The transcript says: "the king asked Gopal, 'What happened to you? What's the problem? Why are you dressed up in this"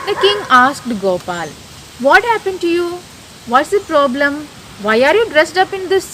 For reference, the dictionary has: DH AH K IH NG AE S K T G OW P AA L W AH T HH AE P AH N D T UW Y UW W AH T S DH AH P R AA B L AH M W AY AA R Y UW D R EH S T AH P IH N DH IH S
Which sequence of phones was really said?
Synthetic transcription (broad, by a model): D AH K IH NG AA S K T G OW P AA L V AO T HH AE P AH N D T UW Y UW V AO T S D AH P R AA B L AH M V AY AA R Y UW D R EH S T AH P IH N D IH S